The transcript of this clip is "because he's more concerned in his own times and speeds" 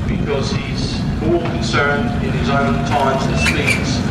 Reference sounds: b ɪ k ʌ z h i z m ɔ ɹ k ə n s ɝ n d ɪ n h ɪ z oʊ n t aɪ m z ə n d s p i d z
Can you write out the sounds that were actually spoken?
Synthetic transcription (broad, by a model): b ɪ k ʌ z h i z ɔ l k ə n s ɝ n d ɪ n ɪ z oʊ n t aɪ m z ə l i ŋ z